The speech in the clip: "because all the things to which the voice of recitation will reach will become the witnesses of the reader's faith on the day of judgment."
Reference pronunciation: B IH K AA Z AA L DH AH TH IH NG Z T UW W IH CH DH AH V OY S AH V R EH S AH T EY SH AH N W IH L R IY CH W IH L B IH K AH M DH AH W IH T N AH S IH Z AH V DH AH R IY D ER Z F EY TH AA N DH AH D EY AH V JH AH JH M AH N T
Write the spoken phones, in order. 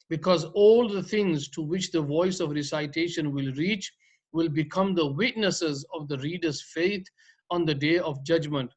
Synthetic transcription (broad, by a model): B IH K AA Z AA L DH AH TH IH NG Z T UW W IH CH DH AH V OY S AH V R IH S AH T EY SH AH N W IH L R IY CH W IH L B IH K AH M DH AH W IH T N AH S IH Z AH V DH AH R IY D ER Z F EY T AA N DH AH D EY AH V JH AH JH M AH N T